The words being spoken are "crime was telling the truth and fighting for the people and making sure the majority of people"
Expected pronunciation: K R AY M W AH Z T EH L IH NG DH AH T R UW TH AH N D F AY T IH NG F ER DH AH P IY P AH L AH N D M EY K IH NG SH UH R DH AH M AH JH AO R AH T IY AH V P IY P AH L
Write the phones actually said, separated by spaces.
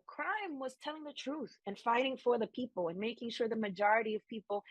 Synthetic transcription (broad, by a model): K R AY M W AH Z T EH L IH NG DH AH T R UW TH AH N F AY T IH NG F ER DH AH P IY P L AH N M EY K IH NG SH UH R DH AH M AH JH AO R AH T IY AH V P IY P L